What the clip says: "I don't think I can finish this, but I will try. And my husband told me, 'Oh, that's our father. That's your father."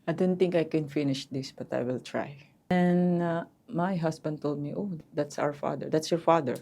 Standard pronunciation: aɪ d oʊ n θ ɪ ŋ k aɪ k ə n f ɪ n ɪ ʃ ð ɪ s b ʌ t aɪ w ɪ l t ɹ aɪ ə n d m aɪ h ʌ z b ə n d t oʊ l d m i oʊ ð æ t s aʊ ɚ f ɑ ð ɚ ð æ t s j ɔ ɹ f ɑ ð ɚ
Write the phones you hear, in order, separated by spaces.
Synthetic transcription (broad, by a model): aɪ d oʊ n θ ɪ ŋ k aɪ k ə n f ɪ n ɪ ʃ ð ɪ s b ʌ t aɪ w ɪ l t ɹ aɪ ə n m aɪ h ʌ s b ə n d t oʊ l d m i oʊ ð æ t s aʊ ɚ f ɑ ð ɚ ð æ t s j ɔ ɹ f ɑ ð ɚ